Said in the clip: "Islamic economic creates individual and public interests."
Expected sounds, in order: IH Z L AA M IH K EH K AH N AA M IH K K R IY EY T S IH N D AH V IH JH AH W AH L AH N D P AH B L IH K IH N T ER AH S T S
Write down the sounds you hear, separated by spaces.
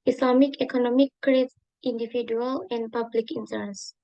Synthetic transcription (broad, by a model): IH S L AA M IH K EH K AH N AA M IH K K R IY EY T IH N D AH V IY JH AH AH L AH N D P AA B L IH K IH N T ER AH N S